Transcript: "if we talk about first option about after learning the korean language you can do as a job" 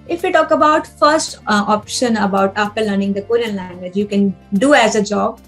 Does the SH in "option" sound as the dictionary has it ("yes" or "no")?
yes